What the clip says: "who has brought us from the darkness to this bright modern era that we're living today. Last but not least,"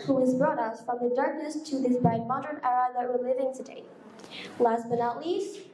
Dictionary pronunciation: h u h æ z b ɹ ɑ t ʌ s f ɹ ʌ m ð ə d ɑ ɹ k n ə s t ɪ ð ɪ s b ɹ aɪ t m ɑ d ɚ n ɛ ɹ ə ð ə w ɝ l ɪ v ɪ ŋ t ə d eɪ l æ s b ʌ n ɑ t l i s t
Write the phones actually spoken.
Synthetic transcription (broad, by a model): h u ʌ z b ɹ ɑ t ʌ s f ɹ ʌ m ð ə d ɑ ɹ k n ə s t ɪ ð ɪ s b aɪ m ɑ d ɚ n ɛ ɹ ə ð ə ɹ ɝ l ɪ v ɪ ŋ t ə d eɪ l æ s b ʌ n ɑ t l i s